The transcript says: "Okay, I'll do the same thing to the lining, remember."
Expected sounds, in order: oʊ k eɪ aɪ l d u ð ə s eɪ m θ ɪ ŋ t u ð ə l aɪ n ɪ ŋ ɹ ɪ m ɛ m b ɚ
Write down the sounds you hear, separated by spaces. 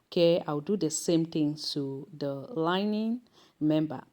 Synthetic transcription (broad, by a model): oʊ k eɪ aɪ w d u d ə s eɪ m t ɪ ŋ t u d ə l aɪ n ɪ ŋ m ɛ m b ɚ